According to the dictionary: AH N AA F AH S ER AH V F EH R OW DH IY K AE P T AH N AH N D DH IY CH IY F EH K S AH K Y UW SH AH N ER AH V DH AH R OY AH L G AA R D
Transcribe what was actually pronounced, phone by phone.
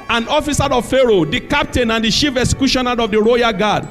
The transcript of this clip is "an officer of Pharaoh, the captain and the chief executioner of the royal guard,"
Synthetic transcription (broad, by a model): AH N AA F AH S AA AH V F EH R OW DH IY K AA P T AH N AH N D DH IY SH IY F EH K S K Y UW SH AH N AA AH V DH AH R OY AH G AA D